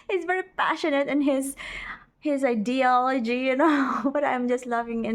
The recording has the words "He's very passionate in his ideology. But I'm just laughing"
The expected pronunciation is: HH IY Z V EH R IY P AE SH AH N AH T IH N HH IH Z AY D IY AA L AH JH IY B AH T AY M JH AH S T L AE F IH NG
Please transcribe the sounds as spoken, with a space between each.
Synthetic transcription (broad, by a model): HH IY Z V EH R IY P AE SH AH N AH T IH N HH IH Z AY D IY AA L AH JH IY B AH T AY M JH AH S T L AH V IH NG